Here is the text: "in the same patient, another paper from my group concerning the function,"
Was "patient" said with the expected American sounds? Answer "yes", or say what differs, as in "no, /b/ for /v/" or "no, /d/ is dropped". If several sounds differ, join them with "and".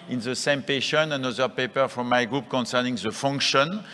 no, /t/ is dropped